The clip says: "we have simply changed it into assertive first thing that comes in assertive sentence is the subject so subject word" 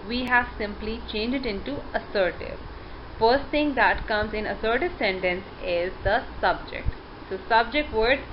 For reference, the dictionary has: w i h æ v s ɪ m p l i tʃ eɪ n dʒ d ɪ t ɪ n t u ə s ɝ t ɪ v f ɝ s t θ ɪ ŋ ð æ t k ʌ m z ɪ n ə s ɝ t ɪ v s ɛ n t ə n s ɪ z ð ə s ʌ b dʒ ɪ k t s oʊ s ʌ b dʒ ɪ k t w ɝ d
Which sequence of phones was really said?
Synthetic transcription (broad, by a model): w i h æ v s ɪ m p l i tʃ eɪ n dʒ ɪ t ɪ n t u ə s ɝ t ɪ v f ɝ s t t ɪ ŋ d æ t k ʌ m z ɪ n ə s ɝ t ɪ v s ɛ n t ə n s ɪ z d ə s ʌ b dʒ ɪ k t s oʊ s ʌ b dʒ ɪ k t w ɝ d